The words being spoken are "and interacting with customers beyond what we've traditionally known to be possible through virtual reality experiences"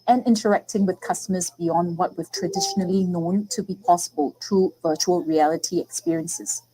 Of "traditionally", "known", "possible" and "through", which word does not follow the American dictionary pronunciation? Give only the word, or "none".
through